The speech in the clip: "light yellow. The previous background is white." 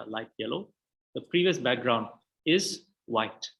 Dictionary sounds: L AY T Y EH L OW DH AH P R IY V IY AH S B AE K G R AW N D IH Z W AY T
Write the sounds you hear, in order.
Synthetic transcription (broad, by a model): L AY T Y EH L OW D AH P R IY V IY AH S B AE K G R AW N D IH Z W AY T